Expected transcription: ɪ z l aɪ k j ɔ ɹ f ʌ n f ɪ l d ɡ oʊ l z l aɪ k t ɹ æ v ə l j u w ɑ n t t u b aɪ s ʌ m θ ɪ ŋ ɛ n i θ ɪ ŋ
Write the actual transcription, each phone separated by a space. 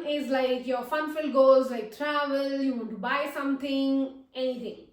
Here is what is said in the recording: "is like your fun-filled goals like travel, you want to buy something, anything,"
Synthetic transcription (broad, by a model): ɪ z l aɪ k j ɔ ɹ f ʌ n f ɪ l ɡ oʊ z l aɪ k t ɹ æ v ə l j u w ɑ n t t u b aɪ s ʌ m t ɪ ŋ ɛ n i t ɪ ŋ